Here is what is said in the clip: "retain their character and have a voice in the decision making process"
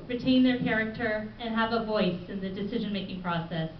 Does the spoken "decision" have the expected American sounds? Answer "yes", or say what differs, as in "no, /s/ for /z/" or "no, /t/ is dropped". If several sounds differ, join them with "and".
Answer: yes